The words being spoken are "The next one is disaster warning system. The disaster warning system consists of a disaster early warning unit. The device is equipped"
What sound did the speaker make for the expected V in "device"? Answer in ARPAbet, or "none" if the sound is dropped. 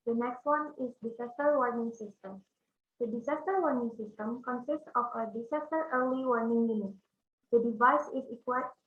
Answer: V